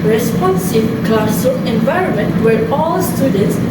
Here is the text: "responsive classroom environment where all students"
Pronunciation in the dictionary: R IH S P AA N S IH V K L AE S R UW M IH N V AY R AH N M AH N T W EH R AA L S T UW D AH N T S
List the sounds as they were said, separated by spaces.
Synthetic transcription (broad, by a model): R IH S P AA N S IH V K L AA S UW IH N V AY R AH N M AH N T W EH R AA L S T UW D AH N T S